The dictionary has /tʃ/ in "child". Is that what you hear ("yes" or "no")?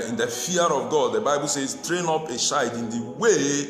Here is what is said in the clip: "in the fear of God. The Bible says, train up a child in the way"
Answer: no